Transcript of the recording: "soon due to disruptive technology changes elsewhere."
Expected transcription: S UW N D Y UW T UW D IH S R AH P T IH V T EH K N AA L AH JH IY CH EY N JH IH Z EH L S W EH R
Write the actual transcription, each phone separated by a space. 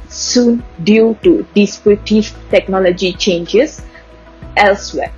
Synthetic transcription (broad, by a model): S UW N D Y UW T UW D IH S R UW T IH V T EH K N AA L AH JH IY CH EY N JH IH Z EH L S W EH